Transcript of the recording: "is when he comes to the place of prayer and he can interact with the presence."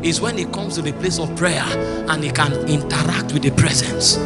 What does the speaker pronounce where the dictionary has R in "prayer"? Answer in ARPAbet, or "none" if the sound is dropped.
R